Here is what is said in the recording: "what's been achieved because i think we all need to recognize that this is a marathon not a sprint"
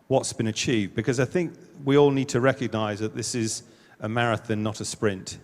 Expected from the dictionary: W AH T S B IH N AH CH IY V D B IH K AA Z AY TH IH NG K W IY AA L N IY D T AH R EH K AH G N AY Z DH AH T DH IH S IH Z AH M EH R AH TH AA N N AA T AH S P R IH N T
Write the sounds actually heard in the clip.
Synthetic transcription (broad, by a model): W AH T S B IH N AH CH IY V D B IH K AA Z AY TH IH NG K W IY AA L N IY D T AH R EH K AH G N AY Z DH AH T DH IH S IH Z AH M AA R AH TH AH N N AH T AH S P R IH N T